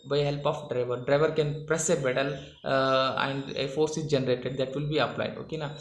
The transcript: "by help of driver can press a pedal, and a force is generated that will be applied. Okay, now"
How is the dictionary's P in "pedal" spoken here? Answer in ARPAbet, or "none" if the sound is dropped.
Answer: B